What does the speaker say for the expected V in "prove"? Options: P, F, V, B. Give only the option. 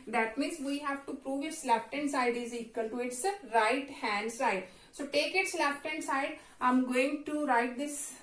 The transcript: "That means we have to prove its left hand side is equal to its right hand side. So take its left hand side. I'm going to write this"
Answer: V